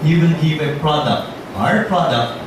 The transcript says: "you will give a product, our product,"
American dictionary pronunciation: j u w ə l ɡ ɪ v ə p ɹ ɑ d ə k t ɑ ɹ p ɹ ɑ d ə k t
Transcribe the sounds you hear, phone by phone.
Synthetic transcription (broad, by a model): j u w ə n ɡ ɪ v ə p ɹ ɑ d ə k t ɑ ɹ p ɹ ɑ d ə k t